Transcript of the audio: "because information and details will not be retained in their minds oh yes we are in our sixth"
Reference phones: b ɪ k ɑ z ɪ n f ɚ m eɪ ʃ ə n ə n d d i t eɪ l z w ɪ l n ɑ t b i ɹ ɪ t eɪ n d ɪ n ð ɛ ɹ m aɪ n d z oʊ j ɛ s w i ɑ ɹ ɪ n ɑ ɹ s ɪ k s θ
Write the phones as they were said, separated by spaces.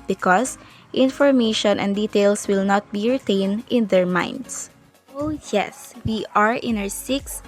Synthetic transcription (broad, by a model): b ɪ k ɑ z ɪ n f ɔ m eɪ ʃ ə n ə n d d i t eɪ l s w ɪ l n ɑ t b i ɹ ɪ t eɪ n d ɪ n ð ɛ ɹ m aɪ n d s oʊ j ɛ s w i ɑ ɹ ɪ n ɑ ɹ s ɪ k s